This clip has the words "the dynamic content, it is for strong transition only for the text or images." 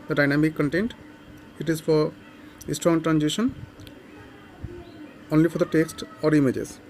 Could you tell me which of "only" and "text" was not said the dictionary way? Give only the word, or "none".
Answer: none